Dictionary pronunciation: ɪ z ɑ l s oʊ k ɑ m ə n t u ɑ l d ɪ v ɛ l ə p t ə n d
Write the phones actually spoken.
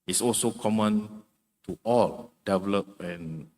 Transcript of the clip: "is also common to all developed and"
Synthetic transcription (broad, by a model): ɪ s ɑ l s oʊ k ɑ m ə n t u ɑ l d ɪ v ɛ l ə p ə n